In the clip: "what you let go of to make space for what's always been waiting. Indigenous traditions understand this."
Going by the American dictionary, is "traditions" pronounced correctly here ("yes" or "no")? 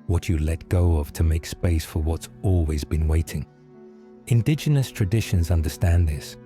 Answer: yes